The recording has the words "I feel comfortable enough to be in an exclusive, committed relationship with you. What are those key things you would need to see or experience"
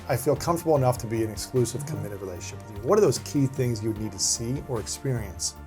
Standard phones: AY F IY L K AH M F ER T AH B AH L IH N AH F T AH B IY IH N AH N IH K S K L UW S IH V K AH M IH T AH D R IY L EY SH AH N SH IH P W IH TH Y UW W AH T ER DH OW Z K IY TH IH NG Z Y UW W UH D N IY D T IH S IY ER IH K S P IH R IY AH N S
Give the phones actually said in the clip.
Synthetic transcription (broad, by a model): AY F IY L K AH M F T AH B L IH N AH F T AH B IY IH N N IH K S K L UW S IH V K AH M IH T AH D R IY L EY AH SH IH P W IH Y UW W AH T ER DH OW Z K IY TH IH NG Z Y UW W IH D N IY D T IH S IY ER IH K S P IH R IY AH N S